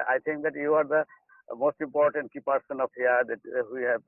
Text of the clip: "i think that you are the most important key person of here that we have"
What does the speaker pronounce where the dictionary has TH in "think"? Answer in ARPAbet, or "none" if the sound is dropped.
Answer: T